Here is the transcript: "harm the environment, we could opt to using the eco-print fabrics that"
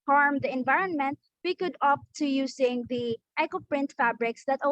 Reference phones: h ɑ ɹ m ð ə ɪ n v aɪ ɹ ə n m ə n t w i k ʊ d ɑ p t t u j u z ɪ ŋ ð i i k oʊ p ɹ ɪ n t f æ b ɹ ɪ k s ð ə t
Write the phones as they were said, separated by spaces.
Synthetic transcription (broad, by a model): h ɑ ɹ m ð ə ɪ n v aɪ ɹ ə n m ə n t w i k ʊ d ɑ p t t u j u s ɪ ŋ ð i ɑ k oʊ p ɹ ɪ n t f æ b ɹ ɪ k s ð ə t